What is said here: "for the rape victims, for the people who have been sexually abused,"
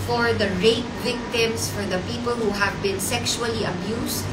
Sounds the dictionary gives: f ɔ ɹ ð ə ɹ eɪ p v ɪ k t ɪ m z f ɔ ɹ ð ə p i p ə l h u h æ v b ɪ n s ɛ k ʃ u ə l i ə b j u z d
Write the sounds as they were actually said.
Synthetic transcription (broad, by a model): f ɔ ɹ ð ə ɹ eɪ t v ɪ k t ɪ m s f ɔ ɹ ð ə p i p ə l h u h æ v b ɪ n s ɛ k ʃ u ə l i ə b j u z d